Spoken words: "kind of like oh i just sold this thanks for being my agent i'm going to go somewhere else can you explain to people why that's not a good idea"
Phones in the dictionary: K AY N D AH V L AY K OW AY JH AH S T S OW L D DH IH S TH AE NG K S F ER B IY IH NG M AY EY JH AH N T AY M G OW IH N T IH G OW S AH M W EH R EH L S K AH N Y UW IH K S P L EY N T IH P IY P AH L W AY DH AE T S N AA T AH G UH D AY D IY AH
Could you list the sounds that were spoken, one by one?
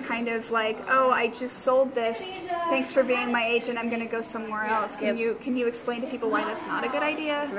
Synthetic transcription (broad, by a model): K AY N D AH V L AY K OW AY JH AH S T S OW L D DH IH S TH AE NG K S F ER B IY IH NG M AY EY JH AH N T AY M G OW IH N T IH G OW S AH M W EH R EH L S K AH N Y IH IH K S P L EY N T IH P IY P L W AY DH AE T S N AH T AH G UH D AY D IY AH